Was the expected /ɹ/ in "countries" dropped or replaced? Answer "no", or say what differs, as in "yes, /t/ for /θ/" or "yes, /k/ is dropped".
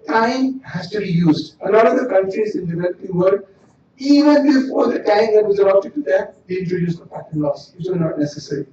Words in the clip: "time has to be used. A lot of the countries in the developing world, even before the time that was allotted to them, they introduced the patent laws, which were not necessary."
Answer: no